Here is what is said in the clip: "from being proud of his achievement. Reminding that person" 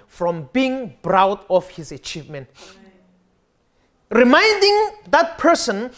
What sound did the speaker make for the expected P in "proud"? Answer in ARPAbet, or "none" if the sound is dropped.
B